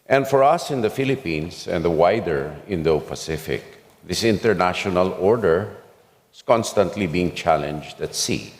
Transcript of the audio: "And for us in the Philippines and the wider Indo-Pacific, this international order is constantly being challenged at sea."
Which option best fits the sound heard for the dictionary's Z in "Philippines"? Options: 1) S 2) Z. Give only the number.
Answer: 1